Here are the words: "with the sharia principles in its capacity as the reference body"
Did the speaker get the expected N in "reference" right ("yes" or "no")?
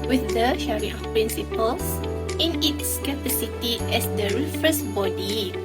no